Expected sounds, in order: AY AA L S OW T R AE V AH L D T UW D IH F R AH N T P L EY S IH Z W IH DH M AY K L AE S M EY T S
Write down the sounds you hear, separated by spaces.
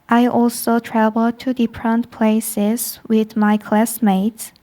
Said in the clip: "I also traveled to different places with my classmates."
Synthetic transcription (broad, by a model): AY AA L S OW T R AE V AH L T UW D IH P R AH N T P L EY S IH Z W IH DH M AY K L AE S M EY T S